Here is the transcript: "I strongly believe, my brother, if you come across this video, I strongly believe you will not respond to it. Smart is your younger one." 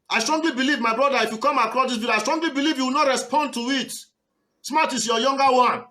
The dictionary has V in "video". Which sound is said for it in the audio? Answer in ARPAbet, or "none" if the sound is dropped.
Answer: B